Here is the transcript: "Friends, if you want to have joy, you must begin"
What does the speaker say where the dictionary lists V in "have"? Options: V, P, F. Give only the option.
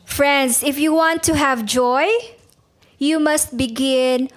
V